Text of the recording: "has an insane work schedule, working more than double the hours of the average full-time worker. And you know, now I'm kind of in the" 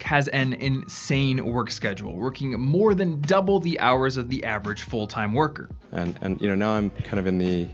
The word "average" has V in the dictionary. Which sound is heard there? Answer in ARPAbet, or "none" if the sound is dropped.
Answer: V